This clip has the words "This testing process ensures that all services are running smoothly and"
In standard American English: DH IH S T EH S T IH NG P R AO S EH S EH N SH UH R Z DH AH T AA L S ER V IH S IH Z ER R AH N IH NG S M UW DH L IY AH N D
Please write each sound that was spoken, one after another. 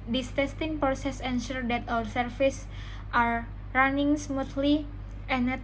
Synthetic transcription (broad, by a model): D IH S T EH S T IH NG P R AO S EH S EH N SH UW R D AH T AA W S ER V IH S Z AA R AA N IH NG S M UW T L IY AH N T